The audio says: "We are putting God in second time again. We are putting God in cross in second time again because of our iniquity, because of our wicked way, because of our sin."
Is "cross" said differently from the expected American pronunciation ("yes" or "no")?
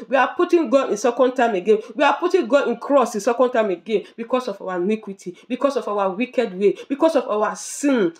no